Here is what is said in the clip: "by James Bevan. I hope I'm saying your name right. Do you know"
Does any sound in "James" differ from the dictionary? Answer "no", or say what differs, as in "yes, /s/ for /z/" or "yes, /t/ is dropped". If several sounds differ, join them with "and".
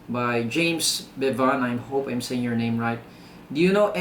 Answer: yes, /s/ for /z/